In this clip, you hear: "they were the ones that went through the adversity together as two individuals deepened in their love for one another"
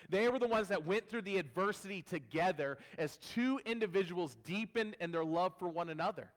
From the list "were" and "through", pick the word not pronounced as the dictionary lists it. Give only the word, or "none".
none